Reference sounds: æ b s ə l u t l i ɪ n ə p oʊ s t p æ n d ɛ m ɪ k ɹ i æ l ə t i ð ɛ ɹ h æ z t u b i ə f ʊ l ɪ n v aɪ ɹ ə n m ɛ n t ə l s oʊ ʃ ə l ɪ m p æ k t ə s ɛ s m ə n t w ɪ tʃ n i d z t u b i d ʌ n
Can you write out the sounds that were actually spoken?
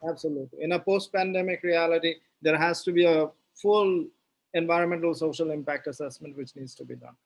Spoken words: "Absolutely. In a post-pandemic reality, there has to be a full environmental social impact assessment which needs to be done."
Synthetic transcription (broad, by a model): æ b s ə l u t l i ɪ n ə p oʊ s t p æ n d ɛ m ɪ k ɹ i æ l ə t i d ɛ ɹ h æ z t u b i ə f ʊ l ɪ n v aɪ ɹ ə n m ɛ n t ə l s oʊ ʃ ə l ɪ m p æ k t ə s ɛ s m ə n t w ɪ tʃ n i d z t u b i d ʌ n